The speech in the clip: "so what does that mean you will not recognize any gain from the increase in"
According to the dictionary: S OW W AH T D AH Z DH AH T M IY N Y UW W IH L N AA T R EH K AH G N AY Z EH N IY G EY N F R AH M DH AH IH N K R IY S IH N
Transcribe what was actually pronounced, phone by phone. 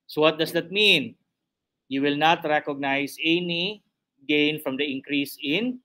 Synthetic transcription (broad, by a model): S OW W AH T D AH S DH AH T M IY N Y UW W IH L N AA T R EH K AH G N AY S EH N IY G EY N F R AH M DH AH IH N K R IY S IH N